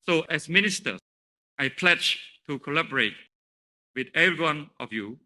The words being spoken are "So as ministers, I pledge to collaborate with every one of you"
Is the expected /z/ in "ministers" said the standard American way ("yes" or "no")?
no